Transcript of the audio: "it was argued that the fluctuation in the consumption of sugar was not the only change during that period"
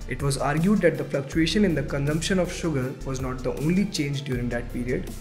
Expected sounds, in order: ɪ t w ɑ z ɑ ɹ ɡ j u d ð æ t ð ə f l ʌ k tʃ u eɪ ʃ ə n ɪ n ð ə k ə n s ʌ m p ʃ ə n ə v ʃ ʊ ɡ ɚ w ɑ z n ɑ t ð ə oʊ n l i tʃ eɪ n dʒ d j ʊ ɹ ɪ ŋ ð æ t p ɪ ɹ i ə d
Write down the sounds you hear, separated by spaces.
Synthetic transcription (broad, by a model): ɪ t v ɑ z ɑ ɹ ɡ j u d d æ t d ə f l ʌ k tʃ u eɪ ʃ ə n ɪ n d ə k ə n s ʌ m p ʃ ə n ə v ʃ ʊ ɡ ɚ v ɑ z n ɑ t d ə oʊ n l i tʃ eɪ n dʒ d j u ɹ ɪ ŋ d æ t p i ɹ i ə d